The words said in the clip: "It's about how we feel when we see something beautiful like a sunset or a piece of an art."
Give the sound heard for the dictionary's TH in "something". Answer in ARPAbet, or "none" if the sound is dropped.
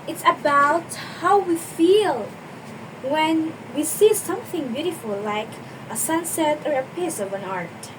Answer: TH